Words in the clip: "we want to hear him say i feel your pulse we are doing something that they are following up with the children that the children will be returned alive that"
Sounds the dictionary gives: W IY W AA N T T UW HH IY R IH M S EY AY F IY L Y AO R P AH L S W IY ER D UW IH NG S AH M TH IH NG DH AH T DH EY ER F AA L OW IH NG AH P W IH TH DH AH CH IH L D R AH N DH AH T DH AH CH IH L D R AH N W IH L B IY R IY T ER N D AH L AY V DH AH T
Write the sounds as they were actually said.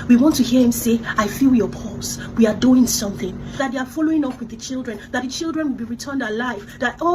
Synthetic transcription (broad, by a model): W IY W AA N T T UW HH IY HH IH M S EY AY F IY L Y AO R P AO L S W IY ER D UW IH NG S AH M TH IH NG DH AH T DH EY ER F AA L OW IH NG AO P W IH DH AH CH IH L D R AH N DH AH T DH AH CH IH L D R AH N W IH L B IY R IY T ER N D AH L AY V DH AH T